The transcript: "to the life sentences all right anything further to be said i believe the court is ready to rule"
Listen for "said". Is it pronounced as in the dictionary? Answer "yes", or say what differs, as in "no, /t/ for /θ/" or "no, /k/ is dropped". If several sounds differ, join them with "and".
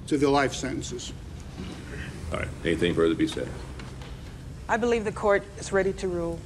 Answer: no, /d/ is dropped